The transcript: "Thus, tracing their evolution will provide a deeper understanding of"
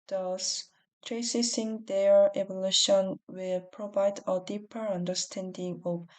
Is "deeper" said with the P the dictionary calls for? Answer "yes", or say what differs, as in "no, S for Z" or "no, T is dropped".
yes